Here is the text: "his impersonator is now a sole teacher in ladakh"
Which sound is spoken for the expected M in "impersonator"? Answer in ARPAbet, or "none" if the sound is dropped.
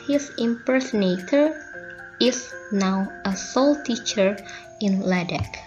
M